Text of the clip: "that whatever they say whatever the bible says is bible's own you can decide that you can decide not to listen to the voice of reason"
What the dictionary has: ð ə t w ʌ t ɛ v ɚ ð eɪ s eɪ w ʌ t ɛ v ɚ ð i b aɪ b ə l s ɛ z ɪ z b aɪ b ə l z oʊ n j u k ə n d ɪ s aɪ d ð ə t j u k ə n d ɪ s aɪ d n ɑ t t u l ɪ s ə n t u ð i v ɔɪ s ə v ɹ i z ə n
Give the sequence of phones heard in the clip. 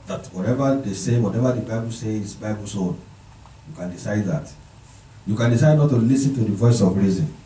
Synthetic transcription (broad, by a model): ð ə t w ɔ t ɛ v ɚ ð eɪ s eɪ w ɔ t ɛ v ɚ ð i b aɪ b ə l s ɛ ɪ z b aɪ b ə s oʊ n j u k ə n d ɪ s aɪ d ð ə t j u k ə n d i s aɪ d n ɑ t t u l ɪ s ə n t u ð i v ɔɪ s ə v ɹ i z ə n